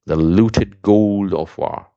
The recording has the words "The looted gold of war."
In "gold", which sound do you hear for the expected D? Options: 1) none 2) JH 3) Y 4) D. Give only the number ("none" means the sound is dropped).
4